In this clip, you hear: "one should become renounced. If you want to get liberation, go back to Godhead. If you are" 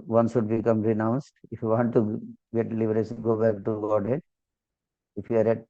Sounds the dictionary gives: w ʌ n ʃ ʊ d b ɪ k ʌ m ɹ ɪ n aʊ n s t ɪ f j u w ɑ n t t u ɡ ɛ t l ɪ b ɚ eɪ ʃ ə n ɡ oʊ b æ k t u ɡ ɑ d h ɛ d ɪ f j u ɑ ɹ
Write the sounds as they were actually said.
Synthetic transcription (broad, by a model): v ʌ n s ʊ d b ɪ k ʌ m ɹ ɪ n aʊ n s t ɪ f j u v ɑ n t t u ɡ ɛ t l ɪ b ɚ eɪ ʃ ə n ɡ oʊ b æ k t u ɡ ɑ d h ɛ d ɪ f j u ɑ ɹ